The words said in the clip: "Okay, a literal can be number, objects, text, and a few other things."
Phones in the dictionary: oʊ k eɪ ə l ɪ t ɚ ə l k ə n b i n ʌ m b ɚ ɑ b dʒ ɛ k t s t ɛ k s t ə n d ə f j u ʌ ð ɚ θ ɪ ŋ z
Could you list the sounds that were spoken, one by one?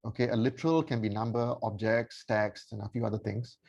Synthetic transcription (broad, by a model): oʊ k eɪ ə l ɪ t ɚ ə l k ə n b i n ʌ m b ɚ ɑ b dʒ ɛ k t s t ɛ k s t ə n ə f j u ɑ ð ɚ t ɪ ŋ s